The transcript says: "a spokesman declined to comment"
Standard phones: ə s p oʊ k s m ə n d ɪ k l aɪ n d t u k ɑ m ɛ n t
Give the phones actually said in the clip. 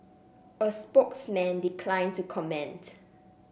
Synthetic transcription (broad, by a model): ə s p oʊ k s m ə n d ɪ k l aɪ n t u k ɑ m ɛ n t